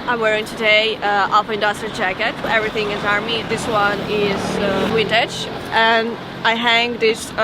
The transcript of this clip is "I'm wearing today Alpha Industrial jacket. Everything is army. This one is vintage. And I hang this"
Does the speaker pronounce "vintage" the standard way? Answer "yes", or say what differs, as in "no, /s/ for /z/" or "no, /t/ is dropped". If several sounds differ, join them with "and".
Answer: no, /w/ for /v/